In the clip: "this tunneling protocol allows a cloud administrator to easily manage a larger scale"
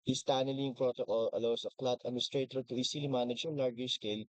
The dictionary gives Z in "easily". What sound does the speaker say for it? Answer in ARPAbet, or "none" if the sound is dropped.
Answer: S